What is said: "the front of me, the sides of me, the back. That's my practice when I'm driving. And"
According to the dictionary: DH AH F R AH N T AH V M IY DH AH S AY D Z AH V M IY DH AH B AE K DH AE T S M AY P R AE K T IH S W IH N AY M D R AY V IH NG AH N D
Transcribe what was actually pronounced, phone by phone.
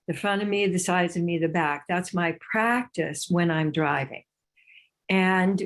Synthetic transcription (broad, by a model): DH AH F R AH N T AH V M IY DH AH S AY D Z AH V M IY DH AH B AE K DH AE T S M AY P R AE K T IH S W IH N AY M D R AY V IH NG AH N